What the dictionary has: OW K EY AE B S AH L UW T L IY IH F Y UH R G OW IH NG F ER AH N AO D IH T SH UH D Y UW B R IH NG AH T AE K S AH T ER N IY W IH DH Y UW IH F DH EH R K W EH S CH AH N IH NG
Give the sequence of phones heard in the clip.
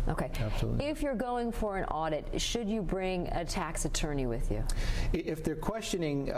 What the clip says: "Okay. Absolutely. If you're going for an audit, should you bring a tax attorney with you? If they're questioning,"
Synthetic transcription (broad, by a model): OW K EY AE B S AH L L IH F Y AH R G OW IH NG F ER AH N AO D IH T SH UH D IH B R IH NG AH T AE K S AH T ER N IY W IH DH Y UW IH F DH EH R K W EH S CH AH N IH NG